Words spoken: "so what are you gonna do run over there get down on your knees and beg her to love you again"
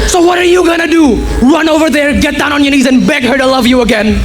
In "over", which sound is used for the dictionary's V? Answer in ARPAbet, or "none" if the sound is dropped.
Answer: V